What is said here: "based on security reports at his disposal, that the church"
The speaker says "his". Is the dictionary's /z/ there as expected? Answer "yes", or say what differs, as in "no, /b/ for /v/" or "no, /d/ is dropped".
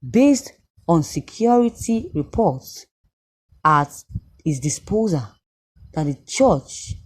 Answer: no, /s/ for /z/